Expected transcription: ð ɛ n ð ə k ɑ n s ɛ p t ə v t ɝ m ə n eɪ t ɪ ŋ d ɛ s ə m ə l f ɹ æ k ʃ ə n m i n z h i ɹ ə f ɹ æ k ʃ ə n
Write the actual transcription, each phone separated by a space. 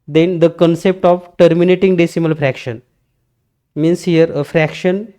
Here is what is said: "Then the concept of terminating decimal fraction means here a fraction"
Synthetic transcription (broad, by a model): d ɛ n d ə k ɑ n s ɛ p t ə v t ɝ m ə n eɪ t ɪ ŋ d ɛ s ə m ə l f ɹ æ k ʃ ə n m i n s h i ɹ ə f ɹ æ k ʃ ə n